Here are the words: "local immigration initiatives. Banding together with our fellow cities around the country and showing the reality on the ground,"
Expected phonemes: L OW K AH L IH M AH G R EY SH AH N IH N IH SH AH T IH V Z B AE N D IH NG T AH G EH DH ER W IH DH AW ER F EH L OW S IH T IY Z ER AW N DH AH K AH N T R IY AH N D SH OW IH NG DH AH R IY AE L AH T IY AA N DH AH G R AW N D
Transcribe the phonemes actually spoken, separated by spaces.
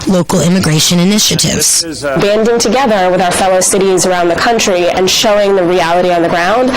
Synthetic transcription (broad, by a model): L OW K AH L IH M AH G R EY SH AH N IH N IH SH AH T IH V Z B AE N D IH NG T AH G EH DH ER W IH DH AW ER F EH L OW S IH T IY Z ER AW N DH AH K AH N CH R IY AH N SH OW IH NG DH AH R IY AE L AH T IY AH N DH AH G R AW N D